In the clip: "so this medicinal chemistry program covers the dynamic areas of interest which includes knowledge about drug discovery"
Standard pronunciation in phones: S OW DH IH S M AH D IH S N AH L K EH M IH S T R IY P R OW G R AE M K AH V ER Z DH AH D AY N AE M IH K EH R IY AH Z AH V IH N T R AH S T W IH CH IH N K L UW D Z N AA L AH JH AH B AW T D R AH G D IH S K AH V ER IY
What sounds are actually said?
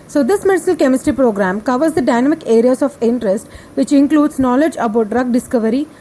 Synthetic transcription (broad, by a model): S OW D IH S M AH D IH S AH L K EH M IH S T R IY P R OW G R AE M K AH V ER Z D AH D AY N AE M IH K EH R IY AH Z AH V IH N T R AH S T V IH CH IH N K L UW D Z N AA L AH JH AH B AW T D R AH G D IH S K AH V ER IY